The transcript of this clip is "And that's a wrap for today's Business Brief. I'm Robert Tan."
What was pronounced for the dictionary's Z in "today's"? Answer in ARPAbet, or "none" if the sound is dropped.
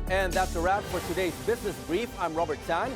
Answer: Z